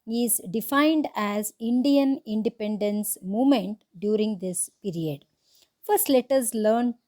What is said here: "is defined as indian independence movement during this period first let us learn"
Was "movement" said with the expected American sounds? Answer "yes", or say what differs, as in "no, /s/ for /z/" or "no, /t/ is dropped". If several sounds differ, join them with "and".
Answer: no, /v/ is dropped